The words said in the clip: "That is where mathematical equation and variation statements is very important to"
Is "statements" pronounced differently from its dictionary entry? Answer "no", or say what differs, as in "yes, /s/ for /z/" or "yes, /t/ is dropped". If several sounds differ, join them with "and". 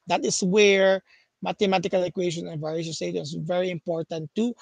yes, /m/ is dropped